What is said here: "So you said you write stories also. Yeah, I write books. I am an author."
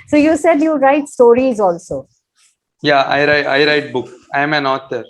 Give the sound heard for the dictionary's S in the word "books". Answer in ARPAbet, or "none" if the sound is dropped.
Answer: none